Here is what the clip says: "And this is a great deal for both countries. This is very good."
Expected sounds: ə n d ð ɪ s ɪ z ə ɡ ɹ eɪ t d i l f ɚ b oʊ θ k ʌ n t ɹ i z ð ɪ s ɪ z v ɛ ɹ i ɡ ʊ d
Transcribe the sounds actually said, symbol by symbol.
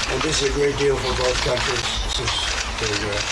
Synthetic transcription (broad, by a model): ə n ð ɪ s ɪ z ə ɡ ɹ eɪ t d i l f ɚ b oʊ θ k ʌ n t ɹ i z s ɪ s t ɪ i